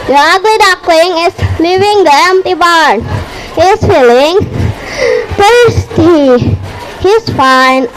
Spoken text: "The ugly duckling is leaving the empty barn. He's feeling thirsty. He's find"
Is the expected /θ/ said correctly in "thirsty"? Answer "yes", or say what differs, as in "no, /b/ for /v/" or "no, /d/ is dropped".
no, /t/ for /θ/